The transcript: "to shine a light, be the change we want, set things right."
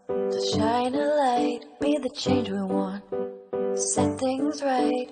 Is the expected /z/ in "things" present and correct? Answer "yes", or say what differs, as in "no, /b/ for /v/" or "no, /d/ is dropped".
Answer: yes